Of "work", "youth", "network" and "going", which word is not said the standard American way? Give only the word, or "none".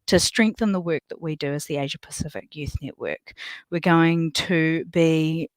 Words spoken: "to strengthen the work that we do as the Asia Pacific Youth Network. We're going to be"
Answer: none